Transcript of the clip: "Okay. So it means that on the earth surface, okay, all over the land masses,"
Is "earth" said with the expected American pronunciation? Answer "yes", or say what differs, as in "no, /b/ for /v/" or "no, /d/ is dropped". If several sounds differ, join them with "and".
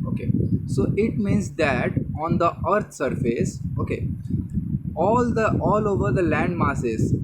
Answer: no, /t/ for /θ/